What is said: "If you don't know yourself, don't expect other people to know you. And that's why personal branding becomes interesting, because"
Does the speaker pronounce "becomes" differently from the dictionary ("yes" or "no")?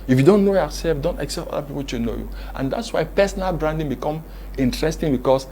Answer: yes